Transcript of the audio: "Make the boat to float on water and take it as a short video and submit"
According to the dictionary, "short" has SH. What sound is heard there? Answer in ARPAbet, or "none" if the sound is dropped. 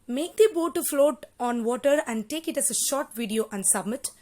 SH